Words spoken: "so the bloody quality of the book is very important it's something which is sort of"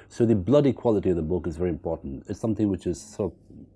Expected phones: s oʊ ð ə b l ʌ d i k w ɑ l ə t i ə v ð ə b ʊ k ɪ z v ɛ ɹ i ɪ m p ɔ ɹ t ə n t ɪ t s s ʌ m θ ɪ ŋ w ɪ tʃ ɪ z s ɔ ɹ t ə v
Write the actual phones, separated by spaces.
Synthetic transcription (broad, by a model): s oʊ ð ə b l ʌ d i k w ɑ l ə t i ə v ð ə b ʊ k ɪ z v ɛ ɹ i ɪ m p ɔ ɹ t n t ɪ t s s ʌ m θ ɪ ŋ w ɪ tʃ ɪ z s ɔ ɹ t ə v